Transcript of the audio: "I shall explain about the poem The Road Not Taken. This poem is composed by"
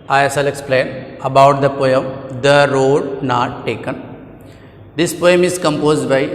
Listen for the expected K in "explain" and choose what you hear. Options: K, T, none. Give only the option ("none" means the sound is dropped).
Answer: K